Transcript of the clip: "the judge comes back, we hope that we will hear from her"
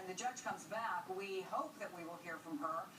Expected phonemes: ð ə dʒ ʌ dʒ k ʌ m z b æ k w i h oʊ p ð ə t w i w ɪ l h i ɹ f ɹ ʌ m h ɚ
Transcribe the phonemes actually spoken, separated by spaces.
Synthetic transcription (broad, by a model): ð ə dʒ ʌ dʒ k ʌ m z b æ k w i h oʊ p ð ə t w i w ɪ l h i ɹ f ɹ ʌ m ɚ